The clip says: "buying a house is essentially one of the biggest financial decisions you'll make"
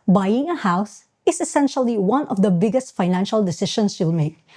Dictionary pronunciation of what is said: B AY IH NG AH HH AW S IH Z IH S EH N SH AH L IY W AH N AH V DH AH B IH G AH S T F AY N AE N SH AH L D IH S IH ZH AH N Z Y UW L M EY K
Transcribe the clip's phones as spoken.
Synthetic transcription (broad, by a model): B AY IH NG AH HH AW S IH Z IH S EH N SH AH L IY W AH N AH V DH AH B IH G AH S T F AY N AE N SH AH L D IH S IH SH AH N S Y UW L M EY K